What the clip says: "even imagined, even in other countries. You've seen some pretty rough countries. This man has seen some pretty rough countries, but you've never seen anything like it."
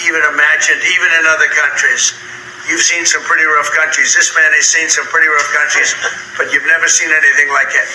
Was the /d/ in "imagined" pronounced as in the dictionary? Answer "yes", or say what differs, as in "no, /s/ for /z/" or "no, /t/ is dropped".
yes